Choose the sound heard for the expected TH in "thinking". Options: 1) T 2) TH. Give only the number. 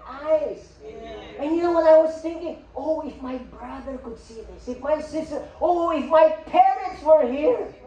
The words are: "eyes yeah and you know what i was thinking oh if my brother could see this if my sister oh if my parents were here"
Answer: 2